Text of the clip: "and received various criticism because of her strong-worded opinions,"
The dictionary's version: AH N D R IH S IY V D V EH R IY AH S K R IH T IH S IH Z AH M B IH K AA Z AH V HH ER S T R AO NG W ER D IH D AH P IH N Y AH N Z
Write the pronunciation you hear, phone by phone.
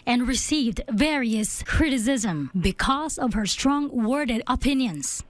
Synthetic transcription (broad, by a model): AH N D R IH S IY V D V EH R IY AH S K R IH T IH S IH Z AH M B IH K AA Z AH V HH ER S T R AO NG W ER D IH D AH P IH N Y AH N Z